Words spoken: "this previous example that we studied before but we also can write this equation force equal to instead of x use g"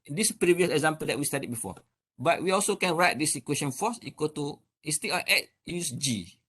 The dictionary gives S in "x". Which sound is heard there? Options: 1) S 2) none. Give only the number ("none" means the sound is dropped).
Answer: 2